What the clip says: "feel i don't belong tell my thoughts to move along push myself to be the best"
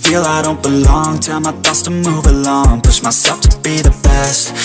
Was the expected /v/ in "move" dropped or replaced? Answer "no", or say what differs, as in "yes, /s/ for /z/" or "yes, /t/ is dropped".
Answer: no